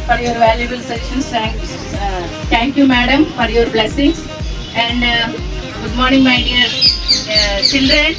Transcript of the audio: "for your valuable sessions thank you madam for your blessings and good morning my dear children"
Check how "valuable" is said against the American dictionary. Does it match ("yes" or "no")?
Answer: yes